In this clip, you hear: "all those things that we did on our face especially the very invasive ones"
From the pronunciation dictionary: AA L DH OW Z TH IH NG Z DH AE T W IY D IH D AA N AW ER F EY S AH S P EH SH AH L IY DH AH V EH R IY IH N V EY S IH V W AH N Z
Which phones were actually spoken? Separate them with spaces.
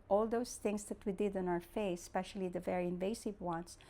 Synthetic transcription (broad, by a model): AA L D OW S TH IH NG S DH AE T W IY D IH D AA N AW ER F EY S S P EH SH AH L IY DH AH V EH R IY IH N V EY S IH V W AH N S